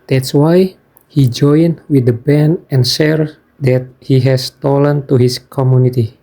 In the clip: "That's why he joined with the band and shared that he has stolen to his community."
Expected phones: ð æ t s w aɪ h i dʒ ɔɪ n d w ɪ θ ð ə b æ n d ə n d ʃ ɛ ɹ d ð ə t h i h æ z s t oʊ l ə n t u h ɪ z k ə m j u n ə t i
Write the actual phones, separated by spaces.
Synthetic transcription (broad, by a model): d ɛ t s w aɪ h i dʒ ɔɪ n w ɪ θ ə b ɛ n ə n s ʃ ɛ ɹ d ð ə t h i h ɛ s t oʊ l ə n t u h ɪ s k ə m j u n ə t i